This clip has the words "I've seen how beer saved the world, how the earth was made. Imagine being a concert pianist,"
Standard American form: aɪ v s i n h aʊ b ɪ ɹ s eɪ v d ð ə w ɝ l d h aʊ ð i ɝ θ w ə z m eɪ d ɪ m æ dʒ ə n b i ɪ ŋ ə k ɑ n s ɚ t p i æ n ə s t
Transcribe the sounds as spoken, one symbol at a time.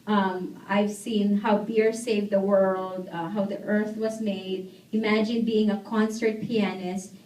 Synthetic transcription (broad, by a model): aɪ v s i n h aʊ b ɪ ɹ s eɪ v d ð ə w ɝ l d h aʊ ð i ɝ θ w ə z m eɪ d ɪ m æ dʒ ə n b i ɪ ŋ ə k ɑ n s ɚ t p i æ n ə s t